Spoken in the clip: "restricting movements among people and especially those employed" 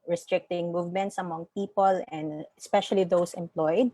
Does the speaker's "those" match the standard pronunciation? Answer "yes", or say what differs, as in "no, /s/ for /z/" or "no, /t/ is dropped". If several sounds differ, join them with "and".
no, /s/ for /z/